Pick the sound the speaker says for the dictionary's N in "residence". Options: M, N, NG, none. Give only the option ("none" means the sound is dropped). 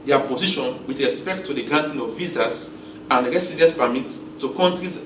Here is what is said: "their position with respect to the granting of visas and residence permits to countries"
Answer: none